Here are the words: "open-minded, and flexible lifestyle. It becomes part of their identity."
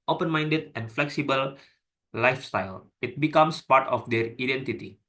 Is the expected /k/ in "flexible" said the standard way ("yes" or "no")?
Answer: yes